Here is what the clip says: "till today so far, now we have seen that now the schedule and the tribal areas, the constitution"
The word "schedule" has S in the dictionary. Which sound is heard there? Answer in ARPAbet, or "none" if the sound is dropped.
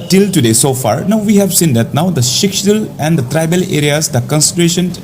SH